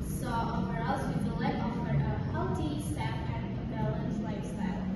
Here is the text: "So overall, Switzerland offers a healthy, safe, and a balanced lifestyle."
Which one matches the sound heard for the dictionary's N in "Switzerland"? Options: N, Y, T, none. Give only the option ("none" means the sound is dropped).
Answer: none